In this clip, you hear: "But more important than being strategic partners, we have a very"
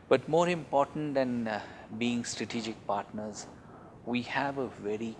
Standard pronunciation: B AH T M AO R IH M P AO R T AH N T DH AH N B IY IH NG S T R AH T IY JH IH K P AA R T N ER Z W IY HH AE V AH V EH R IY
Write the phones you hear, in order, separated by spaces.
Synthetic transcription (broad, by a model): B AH T M AO R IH M P AO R T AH N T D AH N B IY IH NG S T R AH T IY JH IH K P AA R T N ER Z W IY HH AE V AH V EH R IY